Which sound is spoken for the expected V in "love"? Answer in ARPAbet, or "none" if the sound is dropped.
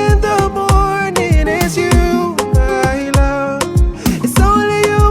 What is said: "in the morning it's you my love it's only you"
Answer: none